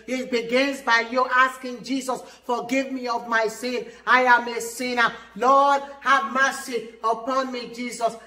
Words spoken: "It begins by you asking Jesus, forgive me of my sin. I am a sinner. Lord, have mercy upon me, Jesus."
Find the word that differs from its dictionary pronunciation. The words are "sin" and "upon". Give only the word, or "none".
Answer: none